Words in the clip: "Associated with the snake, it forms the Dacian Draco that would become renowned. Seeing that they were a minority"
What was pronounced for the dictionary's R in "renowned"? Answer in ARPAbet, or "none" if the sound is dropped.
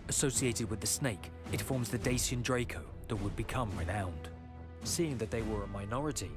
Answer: R